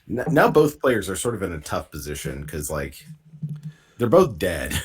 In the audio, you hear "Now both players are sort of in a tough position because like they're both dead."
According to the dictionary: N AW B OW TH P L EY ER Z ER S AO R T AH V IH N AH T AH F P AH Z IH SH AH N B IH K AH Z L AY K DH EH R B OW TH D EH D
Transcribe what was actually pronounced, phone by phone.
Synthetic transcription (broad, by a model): N AW B OW TH P L EY ER Z ER S AO R T AH V IH N AH T AH F P AH Z IH SH AH N K AH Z L AY K DH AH R B OW TH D EH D